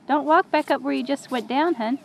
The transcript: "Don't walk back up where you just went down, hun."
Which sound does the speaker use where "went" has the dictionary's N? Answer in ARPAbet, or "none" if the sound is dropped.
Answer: none